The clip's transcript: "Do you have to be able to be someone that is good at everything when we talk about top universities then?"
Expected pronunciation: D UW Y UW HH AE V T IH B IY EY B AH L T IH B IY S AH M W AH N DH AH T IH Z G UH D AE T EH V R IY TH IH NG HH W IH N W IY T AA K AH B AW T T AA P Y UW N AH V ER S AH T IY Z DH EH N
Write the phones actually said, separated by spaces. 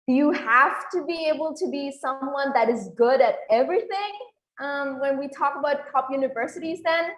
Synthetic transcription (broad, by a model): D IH Y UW HH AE F T IH B IY EY B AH L T IH B IY S AH M W AH N DH AH T IH Z G UH D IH T EH V R IY TH IH NG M W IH N W IY T AA K AH B AW T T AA P Y UW N AH V ER S AH T IY Z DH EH N